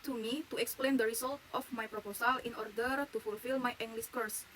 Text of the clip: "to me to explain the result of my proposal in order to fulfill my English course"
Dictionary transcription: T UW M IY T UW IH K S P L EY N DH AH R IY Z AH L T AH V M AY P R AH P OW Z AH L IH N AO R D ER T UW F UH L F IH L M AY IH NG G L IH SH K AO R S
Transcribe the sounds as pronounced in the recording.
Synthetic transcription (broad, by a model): T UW M IY T UW IH K S P L EY N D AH R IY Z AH L T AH F M AY P R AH P OW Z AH L IH N AO R D ER T UW F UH L F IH L M AY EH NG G L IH S K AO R S